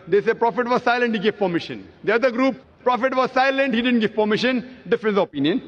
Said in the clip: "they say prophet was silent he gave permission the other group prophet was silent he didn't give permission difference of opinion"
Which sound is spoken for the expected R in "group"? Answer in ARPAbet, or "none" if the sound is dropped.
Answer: R